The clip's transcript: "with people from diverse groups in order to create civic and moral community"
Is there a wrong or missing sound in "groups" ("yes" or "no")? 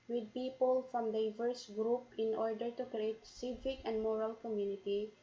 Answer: yes